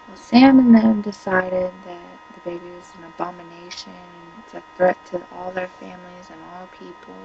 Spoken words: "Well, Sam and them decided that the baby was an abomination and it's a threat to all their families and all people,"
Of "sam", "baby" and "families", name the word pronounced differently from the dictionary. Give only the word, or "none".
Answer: none